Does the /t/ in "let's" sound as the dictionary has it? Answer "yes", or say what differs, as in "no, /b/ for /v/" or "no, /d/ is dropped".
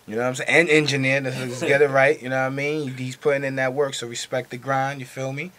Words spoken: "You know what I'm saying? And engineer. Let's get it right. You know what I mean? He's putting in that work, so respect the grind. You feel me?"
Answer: no, /s/ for /t/